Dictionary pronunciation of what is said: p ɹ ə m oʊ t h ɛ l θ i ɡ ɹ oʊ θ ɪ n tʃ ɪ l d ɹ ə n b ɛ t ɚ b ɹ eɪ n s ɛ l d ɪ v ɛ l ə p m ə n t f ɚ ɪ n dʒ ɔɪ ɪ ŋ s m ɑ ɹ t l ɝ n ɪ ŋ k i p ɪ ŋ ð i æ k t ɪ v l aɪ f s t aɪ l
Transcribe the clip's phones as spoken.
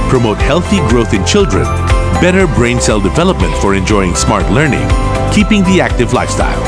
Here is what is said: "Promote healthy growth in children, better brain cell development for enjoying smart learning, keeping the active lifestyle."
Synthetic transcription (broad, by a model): p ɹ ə m oʊ t h ɛ l θ i ɡ ɹ oʊ θ ɪ n tʃ ɪ l d ɹ ə n b ɛ t ɚ b ɹ eɪ n s ɛ l d ɪ v ɛ l ə p m ə n t f ɚ ɪ n dʒ ɔɪ ɪ ŋ s m ɑ ɹ t l ɝ n ɪ ŋ k i p ɪ ŋ ð i æ k t ɪ v l aɪ f s t aɪ l